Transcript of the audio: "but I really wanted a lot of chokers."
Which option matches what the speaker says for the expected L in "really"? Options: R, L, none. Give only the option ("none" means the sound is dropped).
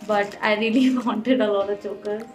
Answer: L